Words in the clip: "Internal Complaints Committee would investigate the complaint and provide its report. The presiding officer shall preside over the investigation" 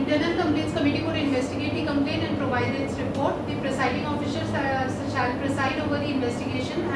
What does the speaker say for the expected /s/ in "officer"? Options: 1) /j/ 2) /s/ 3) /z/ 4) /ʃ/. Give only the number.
4